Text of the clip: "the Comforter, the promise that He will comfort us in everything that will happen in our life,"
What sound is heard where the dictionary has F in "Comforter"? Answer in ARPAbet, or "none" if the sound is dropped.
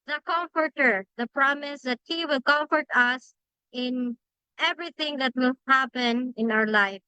F